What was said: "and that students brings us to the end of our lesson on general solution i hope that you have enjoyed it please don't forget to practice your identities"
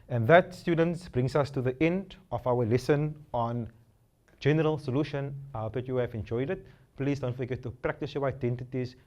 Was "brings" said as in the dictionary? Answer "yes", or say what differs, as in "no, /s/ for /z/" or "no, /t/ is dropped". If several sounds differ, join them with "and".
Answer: no, /s/ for /z/